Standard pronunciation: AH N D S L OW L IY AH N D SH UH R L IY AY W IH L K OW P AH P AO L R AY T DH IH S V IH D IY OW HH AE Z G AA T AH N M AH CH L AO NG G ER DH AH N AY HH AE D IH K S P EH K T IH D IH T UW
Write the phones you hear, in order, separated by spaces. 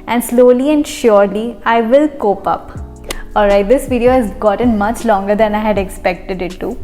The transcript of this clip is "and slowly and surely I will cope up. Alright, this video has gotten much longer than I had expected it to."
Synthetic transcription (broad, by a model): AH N D S L OW L IY AH N D SH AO R L IY AY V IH L K OW P AH P AO L R AY T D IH S V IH D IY OW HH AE Z G AA T AH N M AH CH L AO NG G ER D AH N AY HH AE D IH K S P EH K T IH D IH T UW